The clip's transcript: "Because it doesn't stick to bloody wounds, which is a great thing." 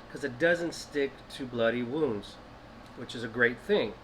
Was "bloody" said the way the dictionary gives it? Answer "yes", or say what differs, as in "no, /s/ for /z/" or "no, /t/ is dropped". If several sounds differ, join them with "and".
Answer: yes